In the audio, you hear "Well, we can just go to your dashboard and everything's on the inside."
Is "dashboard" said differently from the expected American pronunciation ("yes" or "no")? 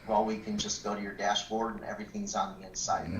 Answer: no